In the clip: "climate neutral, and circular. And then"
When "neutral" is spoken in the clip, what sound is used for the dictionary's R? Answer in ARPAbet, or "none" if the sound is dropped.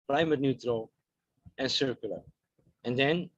R